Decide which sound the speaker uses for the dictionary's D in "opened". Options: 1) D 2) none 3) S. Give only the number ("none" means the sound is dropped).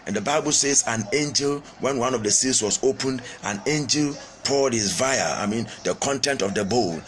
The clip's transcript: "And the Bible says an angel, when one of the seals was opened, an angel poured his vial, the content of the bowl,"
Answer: 1